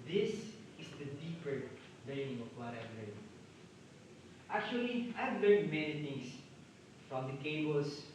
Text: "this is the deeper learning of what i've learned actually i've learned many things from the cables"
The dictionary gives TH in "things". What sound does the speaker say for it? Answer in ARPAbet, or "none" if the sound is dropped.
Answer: T